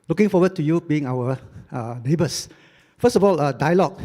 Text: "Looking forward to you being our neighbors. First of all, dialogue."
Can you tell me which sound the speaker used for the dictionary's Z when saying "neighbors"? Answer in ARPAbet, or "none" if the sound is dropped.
S